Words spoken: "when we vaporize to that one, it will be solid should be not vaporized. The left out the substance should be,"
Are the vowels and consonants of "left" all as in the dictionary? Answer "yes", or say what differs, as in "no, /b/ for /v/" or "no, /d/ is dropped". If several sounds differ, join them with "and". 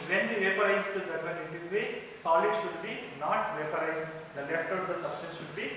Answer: yes